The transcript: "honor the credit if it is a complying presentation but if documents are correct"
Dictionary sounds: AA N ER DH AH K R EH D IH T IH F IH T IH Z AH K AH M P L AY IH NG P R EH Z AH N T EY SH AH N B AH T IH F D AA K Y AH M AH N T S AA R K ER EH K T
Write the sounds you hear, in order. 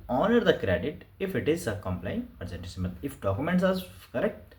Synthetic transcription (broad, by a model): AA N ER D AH K R EH D IH T IH F IH T IH Z AH K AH M P L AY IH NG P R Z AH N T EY S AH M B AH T IH F D AA K Y AH M AH N T S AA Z K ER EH K T